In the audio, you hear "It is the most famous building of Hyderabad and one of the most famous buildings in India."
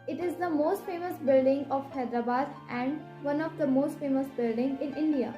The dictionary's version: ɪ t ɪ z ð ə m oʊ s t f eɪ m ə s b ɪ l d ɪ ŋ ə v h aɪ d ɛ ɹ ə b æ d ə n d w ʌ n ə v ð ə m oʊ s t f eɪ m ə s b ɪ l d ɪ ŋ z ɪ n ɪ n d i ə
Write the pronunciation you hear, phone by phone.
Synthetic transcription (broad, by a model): ɪ t ɪ z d ə m oʊ s t f eɪ m ə s b ɪ l d ɪ ŋ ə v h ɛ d ɹ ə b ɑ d ə n d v ʌ n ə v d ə m oʊ s t f eɪ m ə s b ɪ l d ɪ ŋ ɪ n ɪ n d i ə